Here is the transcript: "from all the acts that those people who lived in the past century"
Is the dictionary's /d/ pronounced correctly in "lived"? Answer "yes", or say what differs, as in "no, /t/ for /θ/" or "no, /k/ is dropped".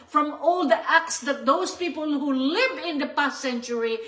no, /d/ is dropped